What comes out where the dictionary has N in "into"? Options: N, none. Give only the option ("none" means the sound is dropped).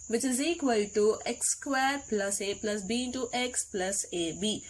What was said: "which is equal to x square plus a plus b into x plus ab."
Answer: none